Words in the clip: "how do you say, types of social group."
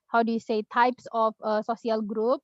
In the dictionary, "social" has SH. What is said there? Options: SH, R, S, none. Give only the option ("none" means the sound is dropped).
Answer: S